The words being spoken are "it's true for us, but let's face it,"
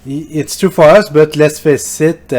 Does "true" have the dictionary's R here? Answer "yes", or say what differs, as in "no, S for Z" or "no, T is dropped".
no, R is dropped